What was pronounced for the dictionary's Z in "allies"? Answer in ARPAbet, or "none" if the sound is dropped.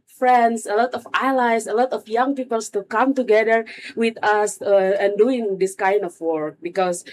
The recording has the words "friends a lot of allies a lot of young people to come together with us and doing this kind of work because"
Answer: S